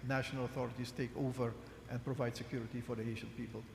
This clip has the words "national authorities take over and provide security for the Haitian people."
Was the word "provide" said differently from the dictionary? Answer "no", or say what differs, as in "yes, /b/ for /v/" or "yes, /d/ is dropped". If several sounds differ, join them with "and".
no